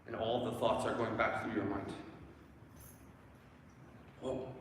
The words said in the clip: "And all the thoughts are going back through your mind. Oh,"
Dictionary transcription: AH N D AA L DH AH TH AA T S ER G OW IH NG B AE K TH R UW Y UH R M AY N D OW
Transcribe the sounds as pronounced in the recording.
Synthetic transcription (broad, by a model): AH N AA L DH AH TH AA T S ER G OW IH NG B AE K TH R UW Y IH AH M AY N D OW